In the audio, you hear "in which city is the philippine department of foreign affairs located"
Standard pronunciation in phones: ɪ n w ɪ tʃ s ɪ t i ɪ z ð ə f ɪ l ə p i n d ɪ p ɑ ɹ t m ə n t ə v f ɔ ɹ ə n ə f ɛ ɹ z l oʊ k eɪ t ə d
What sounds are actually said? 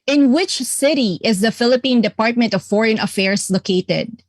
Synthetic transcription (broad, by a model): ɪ n w ɪ tʃ s ɪ t i ɪ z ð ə f ɪ l ə p i n d ɪ p ɑ ɹ t m ə n t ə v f ɔ ɹ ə n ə f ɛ ɹ s l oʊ k eɪ t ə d